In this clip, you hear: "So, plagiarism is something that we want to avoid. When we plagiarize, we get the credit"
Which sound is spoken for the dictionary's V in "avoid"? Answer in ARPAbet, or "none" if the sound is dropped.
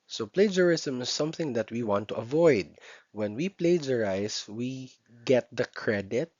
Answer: V